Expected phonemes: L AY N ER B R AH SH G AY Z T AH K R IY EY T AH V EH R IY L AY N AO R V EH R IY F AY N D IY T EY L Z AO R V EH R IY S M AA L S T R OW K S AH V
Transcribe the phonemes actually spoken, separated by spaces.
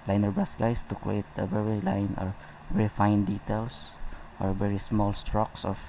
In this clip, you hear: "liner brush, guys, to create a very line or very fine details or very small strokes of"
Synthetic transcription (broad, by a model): L AY N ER B R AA S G AY S T AH K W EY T AH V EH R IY L AY N AO R V EH R IY F AY N D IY T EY L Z AO R V EH R IY S M AA L S T R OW K S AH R